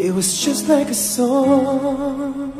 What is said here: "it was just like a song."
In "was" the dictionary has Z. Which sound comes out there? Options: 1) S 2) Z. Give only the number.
2